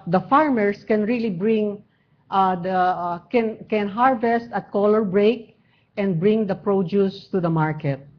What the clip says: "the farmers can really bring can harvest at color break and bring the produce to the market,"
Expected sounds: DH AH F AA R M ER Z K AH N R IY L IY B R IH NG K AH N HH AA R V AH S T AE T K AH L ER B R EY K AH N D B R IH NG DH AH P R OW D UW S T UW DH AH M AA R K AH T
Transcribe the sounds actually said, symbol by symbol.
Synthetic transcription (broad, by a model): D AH F AA R M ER S K AH N R IY L IY B R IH NG K AH N HH AA R V AH S T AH T K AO L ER B R EY K AH N D B R IH NG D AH P R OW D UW S T UW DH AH M AA R K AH T